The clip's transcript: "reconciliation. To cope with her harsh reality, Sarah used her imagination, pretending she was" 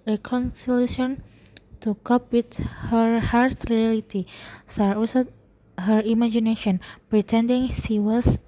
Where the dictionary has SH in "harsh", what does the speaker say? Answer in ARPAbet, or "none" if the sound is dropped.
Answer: S